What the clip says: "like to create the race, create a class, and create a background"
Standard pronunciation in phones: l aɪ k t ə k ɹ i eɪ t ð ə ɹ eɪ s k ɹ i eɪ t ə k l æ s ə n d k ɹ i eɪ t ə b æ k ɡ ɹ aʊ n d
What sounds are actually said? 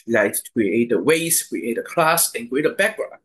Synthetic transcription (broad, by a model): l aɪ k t k ɹ i eɪ t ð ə w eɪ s k ɹ i eɪ t ə k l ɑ s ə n k ɹ i eɪ t ə b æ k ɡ ɹ aʊ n